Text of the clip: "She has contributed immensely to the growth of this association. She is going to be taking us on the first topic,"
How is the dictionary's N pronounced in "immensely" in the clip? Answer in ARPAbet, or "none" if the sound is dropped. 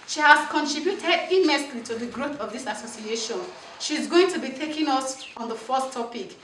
none